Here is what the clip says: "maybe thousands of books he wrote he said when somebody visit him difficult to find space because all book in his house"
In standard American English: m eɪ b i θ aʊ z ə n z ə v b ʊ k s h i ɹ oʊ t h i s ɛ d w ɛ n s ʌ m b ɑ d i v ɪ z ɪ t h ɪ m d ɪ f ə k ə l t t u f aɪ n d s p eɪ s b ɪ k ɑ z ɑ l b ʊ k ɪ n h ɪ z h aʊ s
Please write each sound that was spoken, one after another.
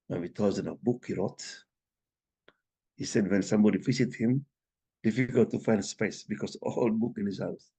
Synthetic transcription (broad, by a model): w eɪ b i t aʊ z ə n ə b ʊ k h i ɹ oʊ t h i s ɛ d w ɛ n s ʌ m b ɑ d i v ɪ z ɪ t h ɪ m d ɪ f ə k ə l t t u f aɪ n d s p eɪ s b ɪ k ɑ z ɑ l b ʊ k ɪ n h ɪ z h aʊ s